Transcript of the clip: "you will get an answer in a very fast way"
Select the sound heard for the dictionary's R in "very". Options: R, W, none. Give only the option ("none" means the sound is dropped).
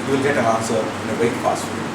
none